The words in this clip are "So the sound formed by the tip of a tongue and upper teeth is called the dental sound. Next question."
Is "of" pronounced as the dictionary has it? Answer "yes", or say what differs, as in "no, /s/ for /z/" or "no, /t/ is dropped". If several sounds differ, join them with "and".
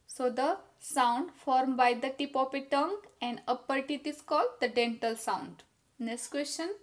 no, /p/ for /v/